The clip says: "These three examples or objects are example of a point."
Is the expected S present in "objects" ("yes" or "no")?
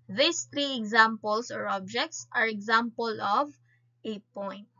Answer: yes